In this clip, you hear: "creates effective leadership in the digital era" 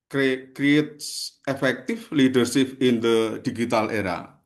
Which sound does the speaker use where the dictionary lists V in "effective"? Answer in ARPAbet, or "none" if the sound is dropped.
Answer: F